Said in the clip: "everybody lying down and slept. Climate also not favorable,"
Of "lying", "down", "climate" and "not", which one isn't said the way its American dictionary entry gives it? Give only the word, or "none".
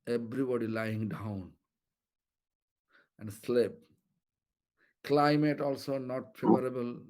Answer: none